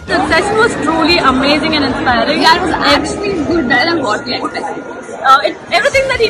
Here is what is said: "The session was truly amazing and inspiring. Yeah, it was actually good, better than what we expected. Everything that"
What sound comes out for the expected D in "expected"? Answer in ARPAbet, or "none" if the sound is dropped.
none